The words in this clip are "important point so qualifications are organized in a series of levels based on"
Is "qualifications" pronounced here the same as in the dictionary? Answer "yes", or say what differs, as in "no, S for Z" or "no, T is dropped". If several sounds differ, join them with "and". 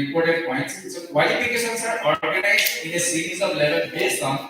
no, S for SH